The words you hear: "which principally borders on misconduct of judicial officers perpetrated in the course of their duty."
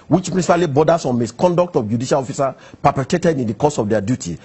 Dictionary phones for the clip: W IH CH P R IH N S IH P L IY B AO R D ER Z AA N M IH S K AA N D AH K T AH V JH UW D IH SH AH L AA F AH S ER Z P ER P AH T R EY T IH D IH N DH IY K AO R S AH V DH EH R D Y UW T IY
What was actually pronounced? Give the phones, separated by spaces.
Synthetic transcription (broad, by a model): W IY CH P R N S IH P L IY B AO D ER S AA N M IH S K AA N D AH K T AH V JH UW D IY SH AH L AA F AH S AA P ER P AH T EY T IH D IH N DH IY K AO S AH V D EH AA D Y UW T IY